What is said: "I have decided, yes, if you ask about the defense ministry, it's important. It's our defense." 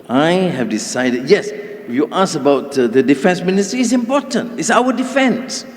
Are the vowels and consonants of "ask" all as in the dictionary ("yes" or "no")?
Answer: no